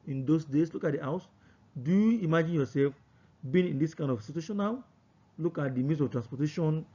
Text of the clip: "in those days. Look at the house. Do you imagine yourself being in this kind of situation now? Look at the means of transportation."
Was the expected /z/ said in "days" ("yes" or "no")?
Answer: no